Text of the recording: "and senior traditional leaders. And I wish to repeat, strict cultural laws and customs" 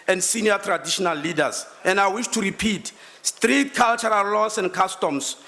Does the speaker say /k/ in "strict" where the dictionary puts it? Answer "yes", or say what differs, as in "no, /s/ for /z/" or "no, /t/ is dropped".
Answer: no, /k/ is dropped